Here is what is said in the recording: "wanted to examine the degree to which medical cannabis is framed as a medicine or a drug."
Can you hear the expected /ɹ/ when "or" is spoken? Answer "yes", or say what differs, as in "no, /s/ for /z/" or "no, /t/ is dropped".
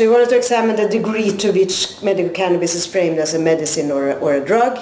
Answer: yes